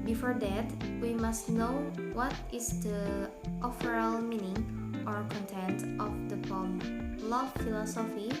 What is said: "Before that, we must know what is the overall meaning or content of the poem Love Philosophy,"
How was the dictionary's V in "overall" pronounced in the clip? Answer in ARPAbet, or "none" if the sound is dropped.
F